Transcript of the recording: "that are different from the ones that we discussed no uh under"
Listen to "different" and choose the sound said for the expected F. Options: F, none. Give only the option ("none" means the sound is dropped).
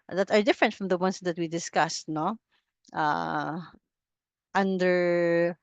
F